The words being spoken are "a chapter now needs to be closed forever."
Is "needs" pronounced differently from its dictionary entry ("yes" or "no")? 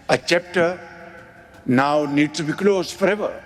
yes